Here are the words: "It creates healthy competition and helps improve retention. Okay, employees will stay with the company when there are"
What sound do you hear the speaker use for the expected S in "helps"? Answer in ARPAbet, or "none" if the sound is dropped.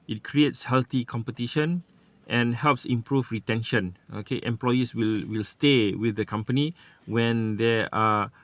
S